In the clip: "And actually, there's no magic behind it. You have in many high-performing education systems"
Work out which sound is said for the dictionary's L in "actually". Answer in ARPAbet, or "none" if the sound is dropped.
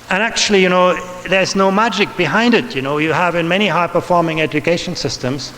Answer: N